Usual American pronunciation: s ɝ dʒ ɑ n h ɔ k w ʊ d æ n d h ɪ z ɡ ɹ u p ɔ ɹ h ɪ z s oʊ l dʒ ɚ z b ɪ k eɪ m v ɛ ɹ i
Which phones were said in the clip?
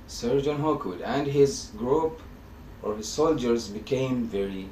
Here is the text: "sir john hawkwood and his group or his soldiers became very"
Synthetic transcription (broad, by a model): s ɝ dʒ ɑ n h ɔ k w ʊ d æ n d h ɪ z ɡ ɹ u p ɔ ɹ h ɪ z s oʊ l dʒ ɚ z b ɪ k eɪ m v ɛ ɹ i